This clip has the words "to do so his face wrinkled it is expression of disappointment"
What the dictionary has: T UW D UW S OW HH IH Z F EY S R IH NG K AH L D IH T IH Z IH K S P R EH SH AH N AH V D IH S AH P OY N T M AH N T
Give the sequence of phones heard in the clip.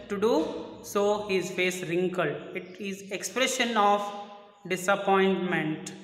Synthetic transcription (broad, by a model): T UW D UW S OW HH IH Z F EY S R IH NG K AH L IH T IH Z IH K S P R EH SH AH N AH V D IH S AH P OY N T M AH N T